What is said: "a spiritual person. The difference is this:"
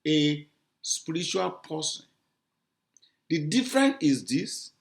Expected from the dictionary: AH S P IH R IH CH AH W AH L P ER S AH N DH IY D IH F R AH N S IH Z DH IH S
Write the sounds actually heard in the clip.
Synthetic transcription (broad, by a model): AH S P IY R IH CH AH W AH L P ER S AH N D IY D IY F R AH N IH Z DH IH S